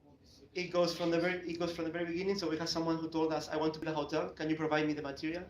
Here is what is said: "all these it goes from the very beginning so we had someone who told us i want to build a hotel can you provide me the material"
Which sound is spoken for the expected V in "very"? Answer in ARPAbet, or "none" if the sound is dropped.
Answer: V